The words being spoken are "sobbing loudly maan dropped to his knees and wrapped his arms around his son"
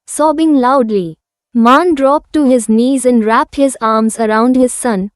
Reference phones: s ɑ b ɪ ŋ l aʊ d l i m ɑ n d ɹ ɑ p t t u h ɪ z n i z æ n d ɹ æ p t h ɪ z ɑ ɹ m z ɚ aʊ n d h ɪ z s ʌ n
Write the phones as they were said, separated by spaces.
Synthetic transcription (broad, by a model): s ɑ b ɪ ŋ l aʊ d l i m ɑ n d ɹ ɑ p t t u h ɪ z n i z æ n d ɹ æ p t h ɪ z ɑ ɹ m z ɚ aʊ n d h ɪ z s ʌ n